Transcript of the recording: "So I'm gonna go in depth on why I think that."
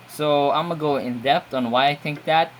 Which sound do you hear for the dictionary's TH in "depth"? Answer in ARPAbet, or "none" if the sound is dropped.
T